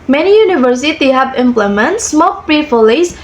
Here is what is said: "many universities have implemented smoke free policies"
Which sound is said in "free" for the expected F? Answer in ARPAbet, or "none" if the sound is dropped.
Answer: P